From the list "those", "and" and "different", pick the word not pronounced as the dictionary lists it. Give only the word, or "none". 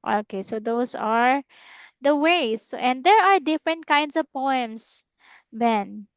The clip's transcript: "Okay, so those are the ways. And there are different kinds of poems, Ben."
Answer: those